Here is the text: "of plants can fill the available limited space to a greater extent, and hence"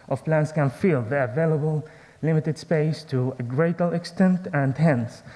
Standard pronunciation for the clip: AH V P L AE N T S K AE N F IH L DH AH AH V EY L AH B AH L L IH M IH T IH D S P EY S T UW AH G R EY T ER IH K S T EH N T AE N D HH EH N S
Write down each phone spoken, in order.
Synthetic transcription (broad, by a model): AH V P L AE N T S K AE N F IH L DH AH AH V EY L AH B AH L L IH M IH T IH D S P EY S T UW AH G R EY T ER IH K S T EH N T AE N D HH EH N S